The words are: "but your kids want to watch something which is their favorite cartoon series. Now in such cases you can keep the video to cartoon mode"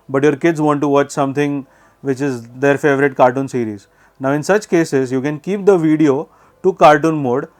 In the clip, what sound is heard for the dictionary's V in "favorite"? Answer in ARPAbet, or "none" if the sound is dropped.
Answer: V